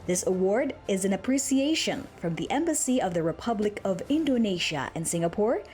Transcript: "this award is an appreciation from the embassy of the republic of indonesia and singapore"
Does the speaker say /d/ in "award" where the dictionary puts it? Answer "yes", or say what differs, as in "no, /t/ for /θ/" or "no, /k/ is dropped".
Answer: yes